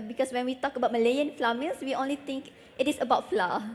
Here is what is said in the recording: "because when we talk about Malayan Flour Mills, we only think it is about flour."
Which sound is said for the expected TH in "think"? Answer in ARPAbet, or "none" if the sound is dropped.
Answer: T